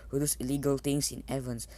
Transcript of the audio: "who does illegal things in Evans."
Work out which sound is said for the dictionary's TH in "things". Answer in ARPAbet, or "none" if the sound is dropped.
T